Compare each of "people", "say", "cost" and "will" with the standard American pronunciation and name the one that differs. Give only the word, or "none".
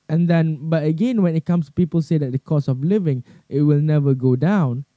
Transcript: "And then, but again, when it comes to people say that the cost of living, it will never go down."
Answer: cost